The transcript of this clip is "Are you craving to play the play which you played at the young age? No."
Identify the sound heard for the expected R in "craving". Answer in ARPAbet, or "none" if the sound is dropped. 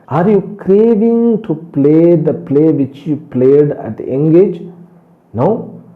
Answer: R